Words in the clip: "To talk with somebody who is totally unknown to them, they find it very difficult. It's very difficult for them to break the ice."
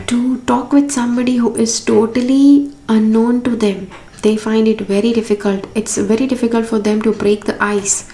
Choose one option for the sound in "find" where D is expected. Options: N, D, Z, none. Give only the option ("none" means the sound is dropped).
D